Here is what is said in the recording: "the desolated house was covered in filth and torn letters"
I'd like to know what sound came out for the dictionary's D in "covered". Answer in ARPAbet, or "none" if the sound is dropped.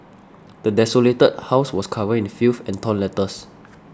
none